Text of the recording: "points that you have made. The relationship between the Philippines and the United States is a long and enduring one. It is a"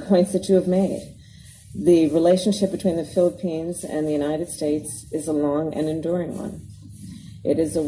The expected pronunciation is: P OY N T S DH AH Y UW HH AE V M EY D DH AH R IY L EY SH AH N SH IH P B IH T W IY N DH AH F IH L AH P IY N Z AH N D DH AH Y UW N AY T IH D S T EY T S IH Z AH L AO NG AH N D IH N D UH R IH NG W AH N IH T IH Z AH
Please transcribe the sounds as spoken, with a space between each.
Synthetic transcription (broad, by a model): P OY N T S DH AH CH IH V M EY D DH AH R IY L EY SH AH N SH IH P B IH T W IY N DH AH F IH L AH P IY N Z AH N DH AH Y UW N AY T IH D S T EY T S IH Z AH L AO NG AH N IH N D UH R IH NG W AH N IH T IH Z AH